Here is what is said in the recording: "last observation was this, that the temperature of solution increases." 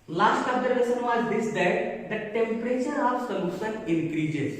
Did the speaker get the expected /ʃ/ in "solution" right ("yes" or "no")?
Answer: no